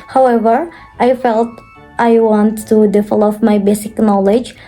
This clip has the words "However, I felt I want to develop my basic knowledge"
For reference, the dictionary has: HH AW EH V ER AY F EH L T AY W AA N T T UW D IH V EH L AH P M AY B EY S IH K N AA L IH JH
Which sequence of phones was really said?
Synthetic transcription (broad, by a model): HH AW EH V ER AY F EH L T AY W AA N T T UW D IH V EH L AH F M AY B EY S IH K N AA L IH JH